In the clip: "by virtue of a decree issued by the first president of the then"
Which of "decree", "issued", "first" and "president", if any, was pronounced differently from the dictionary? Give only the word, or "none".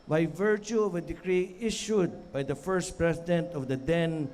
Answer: president